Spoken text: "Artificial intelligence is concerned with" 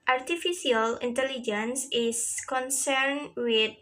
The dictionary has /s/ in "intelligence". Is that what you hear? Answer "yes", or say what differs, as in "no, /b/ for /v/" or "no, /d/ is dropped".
yes